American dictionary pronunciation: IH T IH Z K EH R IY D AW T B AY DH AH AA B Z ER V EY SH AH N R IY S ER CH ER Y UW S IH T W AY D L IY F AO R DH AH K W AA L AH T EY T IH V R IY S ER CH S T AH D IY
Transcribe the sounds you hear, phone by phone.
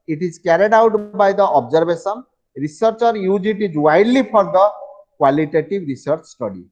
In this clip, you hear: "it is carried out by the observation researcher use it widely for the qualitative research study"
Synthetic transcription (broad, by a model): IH T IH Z K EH R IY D AW T B AY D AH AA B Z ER B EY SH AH N R IY S ER CH ER Y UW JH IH T W AY D L IY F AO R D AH K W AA L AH T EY T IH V R IY S ER CH S T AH D IY